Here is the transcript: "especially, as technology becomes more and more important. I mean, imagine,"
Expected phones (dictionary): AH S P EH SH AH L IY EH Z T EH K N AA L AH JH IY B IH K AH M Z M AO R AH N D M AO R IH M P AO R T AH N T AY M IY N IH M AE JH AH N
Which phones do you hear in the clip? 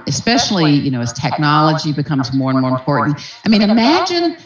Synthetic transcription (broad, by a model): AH S P EH SH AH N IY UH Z T EH K N AA L AH JH IY B IH K AH M Z M AO R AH N M AO R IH M P AO R T N T AY M IY N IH M AE JH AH N